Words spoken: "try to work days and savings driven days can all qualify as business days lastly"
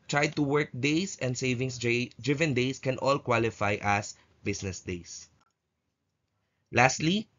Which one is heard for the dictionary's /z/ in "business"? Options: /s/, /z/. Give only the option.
/s/